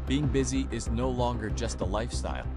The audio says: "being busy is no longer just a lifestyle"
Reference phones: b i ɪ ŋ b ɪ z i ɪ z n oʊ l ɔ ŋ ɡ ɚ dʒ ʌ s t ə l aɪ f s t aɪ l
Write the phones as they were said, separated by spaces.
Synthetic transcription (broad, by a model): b i ɪ ŋ b ɪ z i ɪ z n oʊ l ɔ ŋ ɡ ɚ dʒ ʌ s t ə l aɪ f s t aɪ l